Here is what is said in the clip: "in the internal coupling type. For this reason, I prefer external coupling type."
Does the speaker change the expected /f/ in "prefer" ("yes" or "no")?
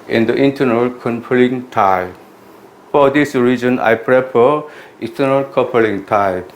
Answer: yes